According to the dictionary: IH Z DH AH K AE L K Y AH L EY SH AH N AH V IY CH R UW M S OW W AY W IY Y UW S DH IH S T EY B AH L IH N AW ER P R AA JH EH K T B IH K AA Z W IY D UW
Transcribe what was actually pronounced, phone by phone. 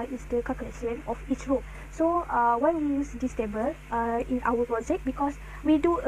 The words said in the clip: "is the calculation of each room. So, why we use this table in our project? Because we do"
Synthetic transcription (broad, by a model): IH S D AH K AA K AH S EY AH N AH F IY CH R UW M S OW W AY W IY Y UW S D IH S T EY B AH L IH N AW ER P R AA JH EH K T B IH K AA S W IY D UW